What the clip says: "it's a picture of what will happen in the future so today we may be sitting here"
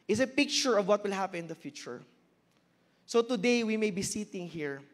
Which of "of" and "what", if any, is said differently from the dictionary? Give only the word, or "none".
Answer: none